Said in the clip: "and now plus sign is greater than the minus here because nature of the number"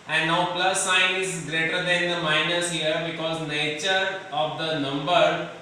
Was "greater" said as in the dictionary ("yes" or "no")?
yes